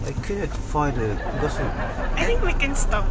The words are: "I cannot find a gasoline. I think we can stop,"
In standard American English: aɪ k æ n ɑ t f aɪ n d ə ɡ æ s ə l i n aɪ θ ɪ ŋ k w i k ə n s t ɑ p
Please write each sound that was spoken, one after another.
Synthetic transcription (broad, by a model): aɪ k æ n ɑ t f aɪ d ə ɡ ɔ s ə aɪ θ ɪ ŋ k w i k ə n s t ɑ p